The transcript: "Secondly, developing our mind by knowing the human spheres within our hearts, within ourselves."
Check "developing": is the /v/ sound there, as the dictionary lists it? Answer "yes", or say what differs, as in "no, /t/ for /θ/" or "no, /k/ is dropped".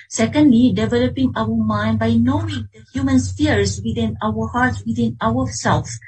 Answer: yes